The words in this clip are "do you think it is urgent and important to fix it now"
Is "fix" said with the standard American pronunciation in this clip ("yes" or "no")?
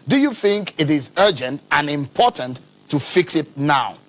yes